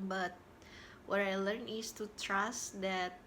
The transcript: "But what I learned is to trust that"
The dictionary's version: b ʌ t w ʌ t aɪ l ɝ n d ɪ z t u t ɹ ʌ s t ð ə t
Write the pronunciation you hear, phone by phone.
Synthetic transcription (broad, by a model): b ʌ t w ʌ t aɪ l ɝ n ɪ s t u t ɹ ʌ s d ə t